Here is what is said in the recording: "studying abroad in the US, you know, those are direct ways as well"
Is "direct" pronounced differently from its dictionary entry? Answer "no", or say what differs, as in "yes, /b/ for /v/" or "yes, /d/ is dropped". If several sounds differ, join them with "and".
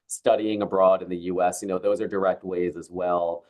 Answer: no